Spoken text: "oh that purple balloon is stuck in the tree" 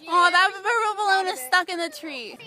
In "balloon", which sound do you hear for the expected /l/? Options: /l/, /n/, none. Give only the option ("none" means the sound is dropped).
none